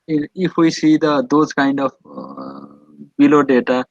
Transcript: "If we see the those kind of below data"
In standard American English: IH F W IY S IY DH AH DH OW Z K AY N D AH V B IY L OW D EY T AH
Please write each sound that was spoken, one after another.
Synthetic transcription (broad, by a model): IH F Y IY S IY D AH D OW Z K AY N D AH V B IY L OW D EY T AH